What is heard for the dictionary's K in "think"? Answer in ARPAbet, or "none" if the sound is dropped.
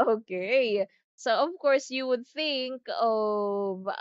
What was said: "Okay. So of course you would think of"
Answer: K